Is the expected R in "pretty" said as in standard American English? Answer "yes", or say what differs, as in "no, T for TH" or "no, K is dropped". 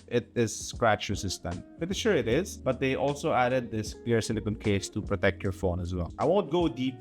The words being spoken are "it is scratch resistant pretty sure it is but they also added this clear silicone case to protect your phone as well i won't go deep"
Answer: no, R is dropped